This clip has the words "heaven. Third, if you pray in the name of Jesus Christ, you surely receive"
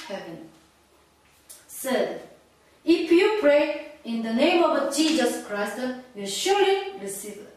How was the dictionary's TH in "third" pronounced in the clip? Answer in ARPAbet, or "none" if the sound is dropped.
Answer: S